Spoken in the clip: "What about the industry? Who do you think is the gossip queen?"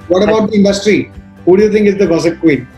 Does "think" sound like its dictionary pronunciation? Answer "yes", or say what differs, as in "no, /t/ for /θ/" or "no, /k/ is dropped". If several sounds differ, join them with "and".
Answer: no, /k/ is dropped